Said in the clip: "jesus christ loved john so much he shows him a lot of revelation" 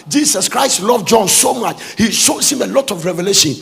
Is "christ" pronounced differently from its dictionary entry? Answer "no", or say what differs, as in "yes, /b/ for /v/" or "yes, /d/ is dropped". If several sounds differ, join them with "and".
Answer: no